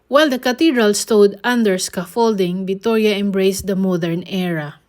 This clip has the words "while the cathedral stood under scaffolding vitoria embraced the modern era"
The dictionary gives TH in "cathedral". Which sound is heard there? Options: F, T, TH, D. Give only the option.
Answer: T